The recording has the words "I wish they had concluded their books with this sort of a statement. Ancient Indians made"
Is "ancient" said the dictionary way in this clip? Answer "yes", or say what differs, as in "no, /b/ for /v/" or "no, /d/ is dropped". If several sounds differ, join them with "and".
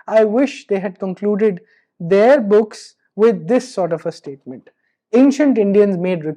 yes